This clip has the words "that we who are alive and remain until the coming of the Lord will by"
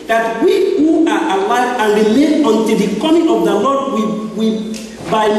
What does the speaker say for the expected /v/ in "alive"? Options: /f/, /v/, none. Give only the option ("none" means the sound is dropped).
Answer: none